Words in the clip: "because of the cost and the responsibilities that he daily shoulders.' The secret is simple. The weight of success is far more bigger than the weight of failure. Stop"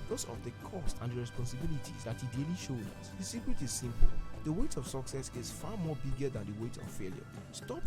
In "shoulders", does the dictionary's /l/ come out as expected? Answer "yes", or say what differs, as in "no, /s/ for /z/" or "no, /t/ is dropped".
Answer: no, /l/ is dropped